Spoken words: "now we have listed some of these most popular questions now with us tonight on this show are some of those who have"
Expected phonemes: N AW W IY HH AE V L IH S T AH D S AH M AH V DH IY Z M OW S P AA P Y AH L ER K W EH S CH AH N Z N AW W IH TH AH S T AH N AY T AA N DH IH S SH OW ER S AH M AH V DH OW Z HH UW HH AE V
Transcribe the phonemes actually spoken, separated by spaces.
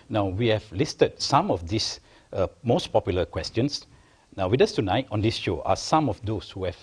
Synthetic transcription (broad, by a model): N AW W IY HH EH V L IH S T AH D S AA M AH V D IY S M OW S P AA P Y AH L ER K W EH S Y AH N S N AW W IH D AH S T AH N AY T AA N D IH S SH OW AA S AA M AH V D OW S HH UW HH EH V